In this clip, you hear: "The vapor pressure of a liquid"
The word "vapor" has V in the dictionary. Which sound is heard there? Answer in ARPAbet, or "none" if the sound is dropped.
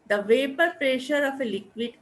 V